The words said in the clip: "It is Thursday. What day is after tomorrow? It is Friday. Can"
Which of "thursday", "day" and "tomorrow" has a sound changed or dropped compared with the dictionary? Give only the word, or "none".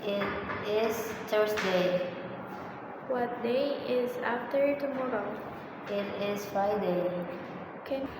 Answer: thursday